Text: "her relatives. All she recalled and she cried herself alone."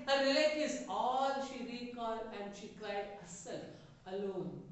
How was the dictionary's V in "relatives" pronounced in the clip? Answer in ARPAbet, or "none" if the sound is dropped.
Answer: none